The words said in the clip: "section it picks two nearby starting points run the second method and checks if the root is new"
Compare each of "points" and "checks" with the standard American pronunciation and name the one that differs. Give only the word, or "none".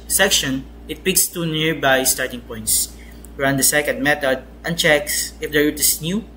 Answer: none